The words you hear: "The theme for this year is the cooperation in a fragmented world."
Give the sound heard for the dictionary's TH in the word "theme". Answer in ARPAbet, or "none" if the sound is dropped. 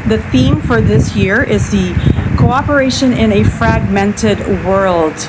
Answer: TH